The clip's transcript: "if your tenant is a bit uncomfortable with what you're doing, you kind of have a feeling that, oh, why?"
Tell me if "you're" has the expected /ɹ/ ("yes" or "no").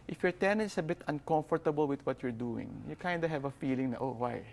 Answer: yes